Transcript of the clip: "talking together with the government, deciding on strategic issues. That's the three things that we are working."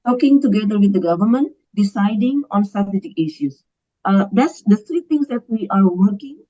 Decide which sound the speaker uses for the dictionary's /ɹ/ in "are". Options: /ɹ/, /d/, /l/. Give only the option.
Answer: /ɹ/